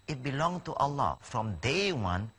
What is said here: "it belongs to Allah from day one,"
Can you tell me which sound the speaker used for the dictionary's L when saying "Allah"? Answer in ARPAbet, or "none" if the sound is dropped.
L